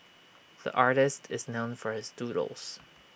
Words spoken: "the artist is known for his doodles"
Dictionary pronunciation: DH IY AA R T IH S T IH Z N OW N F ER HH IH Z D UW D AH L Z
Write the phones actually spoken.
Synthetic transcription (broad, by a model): DH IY AA R T IH S T IH Z N OW N F ER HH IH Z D UW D L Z